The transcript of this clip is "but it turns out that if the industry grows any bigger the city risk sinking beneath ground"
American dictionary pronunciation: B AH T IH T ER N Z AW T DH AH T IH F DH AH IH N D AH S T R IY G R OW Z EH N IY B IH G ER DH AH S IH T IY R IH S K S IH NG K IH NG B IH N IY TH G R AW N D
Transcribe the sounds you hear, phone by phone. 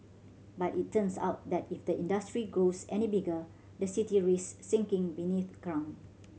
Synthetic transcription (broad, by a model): B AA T IH T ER N S AW T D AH T IH F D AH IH N D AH S T R IY G R OW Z EH N IY B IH G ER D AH S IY T IY R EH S S IH NG K IH NG B IH N IY TH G R AW N